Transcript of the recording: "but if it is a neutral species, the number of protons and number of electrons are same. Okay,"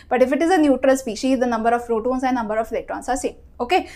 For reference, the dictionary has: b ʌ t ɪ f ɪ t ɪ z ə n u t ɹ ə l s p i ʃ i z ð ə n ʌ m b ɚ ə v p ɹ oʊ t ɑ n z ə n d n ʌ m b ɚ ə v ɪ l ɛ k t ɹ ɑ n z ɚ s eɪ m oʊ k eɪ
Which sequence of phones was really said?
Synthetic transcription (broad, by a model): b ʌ t ɪ f ɪ t ɪ z ə n u t ɹ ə l s p i ʃ i z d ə n ʌ m b ɚ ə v ɹ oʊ t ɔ n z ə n n ʌ m b ɚ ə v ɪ l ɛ k t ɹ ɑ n s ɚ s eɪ oʊ k eɪ